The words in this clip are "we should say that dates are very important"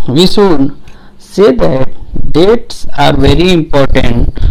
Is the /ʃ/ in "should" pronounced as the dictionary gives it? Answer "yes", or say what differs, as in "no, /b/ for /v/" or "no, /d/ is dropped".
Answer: no, /s/ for /ʃ/